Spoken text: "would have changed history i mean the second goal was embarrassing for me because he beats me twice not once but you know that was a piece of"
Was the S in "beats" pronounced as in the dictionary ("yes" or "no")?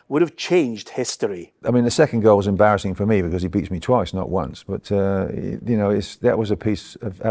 yes